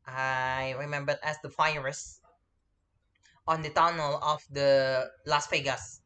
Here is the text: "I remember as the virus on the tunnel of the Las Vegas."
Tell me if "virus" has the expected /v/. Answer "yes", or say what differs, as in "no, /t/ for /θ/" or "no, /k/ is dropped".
no, /f/ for /v/